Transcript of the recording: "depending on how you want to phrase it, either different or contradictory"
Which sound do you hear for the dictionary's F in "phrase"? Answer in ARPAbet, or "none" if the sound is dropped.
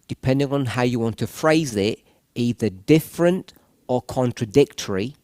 F